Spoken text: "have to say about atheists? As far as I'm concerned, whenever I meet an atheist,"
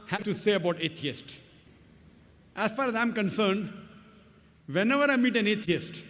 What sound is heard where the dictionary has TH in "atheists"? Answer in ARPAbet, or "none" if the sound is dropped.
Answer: T